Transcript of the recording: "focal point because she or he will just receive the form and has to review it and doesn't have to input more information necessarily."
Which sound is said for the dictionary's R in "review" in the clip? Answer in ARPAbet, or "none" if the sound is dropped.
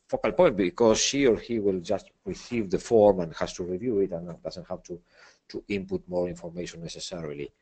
R